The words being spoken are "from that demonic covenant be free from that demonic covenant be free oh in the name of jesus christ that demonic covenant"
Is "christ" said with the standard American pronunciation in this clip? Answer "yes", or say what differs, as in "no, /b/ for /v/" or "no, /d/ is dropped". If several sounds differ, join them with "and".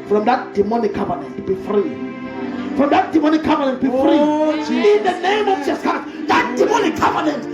no, /ɹ/ is dropped